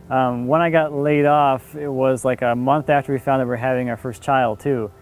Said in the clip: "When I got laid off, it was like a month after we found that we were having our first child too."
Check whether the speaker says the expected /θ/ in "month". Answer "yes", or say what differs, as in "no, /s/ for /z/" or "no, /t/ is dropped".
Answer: yes